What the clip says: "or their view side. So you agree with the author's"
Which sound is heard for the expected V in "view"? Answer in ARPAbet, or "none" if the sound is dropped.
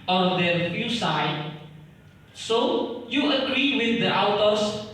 F